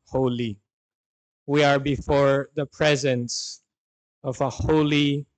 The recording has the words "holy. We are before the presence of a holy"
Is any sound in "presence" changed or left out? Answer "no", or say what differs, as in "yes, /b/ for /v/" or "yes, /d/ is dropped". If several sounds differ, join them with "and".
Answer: no